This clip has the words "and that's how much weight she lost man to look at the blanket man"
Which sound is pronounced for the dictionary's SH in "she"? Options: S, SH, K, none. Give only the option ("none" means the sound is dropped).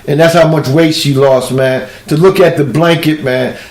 S